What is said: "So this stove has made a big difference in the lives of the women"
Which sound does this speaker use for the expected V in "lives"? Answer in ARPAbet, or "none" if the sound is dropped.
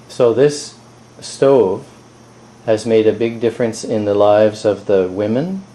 V